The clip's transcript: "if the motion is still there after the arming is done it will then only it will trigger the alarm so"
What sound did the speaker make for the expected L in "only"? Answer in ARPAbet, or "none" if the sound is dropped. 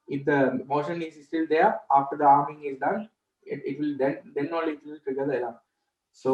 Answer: none